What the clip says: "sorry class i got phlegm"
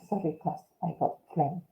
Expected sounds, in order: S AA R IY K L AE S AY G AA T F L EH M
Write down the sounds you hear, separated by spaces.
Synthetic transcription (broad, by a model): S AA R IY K AE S AY G AA T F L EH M